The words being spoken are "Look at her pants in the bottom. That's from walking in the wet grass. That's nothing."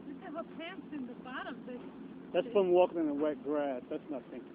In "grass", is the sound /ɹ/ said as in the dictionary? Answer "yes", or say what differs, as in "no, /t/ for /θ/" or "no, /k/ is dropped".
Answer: yes